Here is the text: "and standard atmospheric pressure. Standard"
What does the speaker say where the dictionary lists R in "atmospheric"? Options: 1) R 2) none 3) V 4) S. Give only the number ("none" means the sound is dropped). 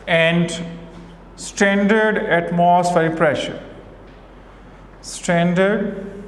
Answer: 2